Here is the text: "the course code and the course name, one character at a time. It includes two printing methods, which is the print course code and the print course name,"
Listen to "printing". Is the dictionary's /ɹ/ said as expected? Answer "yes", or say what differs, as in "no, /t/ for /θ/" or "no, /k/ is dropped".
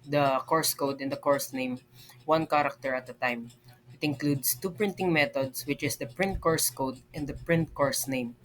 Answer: yes